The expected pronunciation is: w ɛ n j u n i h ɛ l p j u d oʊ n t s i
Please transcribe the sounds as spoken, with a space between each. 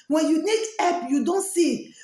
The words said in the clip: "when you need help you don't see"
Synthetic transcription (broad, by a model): w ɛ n j u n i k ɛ p j u d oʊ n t s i